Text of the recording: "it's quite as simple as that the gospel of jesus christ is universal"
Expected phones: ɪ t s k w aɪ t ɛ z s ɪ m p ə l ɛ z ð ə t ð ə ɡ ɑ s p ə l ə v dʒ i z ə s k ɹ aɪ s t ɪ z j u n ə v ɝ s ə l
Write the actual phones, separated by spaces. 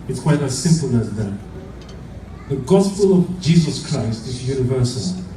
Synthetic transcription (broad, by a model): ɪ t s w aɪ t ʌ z s ɪ m p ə l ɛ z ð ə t ð ə ɡ ɑ s p ə l ə v dʒ i z ə s k ɹ aɪ s t ɪ z j u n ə v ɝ s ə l